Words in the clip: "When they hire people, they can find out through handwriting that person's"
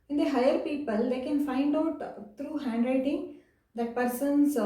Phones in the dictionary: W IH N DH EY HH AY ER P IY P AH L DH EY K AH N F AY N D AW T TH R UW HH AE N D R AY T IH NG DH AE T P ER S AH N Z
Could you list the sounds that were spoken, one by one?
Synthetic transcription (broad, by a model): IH N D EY HH AY ER P IY P AH L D EY K AH N F AY N D AW T T R UW HH AE N D R AY T IH NG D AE T P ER S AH N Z